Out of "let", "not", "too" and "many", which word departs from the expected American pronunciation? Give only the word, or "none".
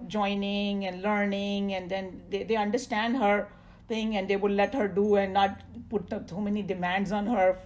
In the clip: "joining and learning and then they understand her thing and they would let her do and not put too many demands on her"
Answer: too